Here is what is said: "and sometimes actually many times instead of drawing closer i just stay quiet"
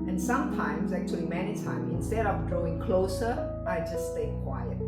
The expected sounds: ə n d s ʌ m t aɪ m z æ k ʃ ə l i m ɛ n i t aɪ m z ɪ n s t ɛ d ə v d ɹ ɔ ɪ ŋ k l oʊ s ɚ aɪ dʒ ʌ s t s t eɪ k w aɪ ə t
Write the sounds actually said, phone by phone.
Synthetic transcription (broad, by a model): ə n s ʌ m t aɪ m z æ k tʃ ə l i m ɛ n i t aɪ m ɪ n s t ɛ d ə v d ɹ ɔ ɪ ŋ k l oʊ s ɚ aɪ dʒ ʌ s s t eɪ k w aɪ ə t